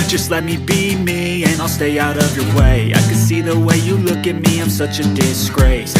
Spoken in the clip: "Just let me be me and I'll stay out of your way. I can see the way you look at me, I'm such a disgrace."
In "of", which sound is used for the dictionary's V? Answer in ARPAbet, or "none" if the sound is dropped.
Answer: V